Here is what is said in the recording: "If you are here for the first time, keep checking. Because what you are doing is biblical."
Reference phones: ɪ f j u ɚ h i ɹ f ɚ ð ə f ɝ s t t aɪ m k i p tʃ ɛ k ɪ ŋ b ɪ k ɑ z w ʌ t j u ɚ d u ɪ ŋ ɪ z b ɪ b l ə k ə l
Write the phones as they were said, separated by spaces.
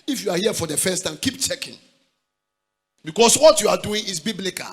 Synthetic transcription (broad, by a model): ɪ f j u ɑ h i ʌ f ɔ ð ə f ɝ s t t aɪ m k i p tʃ ɛ k ɪ ŋ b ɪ k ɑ s w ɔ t j u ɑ d u ɪ ŋ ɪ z b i b l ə k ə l